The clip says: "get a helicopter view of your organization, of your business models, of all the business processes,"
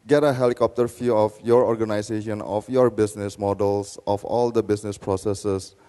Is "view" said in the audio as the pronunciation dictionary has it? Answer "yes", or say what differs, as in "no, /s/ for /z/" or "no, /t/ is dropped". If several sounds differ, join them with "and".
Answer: no, /f/ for /v/